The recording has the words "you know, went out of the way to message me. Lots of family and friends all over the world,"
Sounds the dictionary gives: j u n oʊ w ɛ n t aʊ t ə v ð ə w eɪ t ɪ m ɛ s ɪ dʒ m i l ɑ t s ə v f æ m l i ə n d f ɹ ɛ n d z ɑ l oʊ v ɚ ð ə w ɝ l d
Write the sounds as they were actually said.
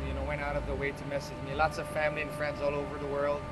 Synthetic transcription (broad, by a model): j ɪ n oʊ w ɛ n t aʊ t ə v ð ə w eɪ t ɪ m ɛ s ɪ dʒ m i l ɑ t s ə v f æ m l i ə n f ɹ ɛ n d z ɑ l oʊ v ɚ ð ə w ɝ l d